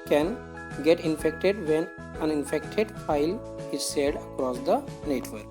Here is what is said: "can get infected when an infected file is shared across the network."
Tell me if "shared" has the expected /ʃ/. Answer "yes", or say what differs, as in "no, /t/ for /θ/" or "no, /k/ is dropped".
no, /s/ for /ʃ/